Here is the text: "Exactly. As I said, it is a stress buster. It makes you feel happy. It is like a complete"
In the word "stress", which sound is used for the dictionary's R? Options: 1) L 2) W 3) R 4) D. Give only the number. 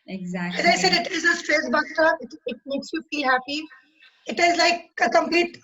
3